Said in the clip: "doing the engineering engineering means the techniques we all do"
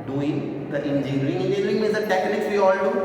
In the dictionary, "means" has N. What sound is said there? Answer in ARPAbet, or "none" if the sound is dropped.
none